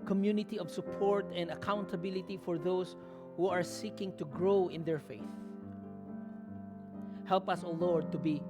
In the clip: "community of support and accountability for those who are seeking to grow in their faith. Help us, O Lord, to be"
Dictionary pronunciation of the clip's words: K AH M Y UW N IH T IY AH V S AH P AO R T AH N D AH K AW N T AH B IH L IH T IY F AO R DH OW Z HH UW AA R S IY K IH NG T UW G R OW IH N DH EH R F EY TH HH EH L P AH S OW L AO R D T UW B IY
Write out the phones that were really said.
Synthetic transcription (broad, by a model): K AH M Y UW N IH T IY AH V S AH P AO R T AH N D AH K AW N T AH B IH L IH T IY F AO R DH OW S HH UW AA R S IY K IH NG T UW G R OW IH N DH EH R F EY TH HH EH L P AH S OW L AO R D T UW B IY